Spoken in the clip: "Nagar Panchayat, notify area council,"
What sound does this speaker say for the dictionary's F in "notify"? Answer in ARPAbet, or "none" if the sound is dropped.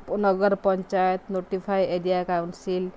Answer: P